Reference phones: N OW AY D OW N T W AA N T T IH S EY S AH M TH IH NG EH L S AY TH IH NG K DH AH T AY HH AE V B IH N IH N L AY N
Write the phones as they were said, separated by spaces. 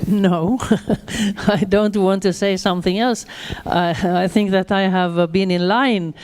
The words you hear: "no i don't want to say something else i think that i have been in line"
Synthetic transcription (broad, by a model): N OW AY D OW N T W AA N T T IH S EY S AH M TH IH NG EH L S AY TH IH NG K DH AH T AY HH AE V B IH N IH N L AY N